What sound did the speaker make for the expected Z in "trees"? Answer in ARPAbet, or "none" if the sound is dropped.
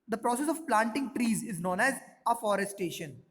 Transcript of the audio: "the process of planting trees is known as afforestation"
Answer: Z